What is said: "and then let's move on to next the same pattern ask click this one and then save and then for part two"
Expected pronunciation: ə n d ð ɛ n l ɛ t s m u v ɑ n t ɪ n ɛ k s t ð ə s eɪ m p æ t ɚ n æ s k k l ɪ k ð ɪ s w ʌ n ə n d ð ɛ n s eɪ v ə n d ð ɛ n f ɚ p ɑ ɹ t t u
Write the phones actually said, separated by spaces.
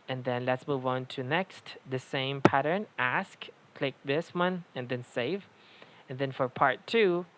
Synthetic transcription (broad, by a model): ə n ð ɛ n l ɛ t s m u v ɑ n t ɪ n ɛ k s t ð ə s eɪ m p æ t ɚ n æ s k k l ɪ k ð ɪ s w ʌ n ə n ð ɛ n s eɪ v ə n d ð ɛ n f ɚ p ɑ ɹ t t u